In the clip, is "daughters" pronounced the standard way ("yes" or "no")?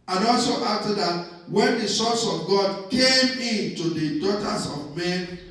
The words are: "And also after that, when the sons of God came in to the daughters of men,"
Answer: no